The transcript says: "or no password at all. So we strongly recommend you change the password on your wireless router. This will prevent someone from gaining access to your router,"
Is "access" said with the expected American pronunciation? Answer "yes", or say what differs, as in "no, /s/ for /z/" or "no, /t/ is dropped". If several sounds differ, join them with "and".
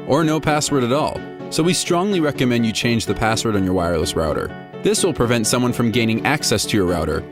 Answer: yes